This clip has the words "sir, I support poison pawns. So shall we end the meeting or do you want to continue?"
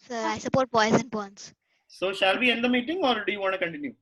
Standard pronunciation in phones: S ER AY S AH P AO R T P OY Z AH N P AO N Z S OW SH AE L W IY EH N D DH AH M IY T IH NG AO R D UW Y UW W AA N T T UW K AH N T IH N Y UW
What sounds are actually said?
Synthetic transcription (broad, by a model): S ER AY S AH P AO R T B OY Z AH N B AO N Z S OW SH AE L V IY EH N D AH M IY T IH NG AO R D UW Y UW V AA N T T UW K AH N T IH N Y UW